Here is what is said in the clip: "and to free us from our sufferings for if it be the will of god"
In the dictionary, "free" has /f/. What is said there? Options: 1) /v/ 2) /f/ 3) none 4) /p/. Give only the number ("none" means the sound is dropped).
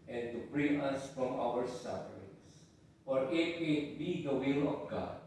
4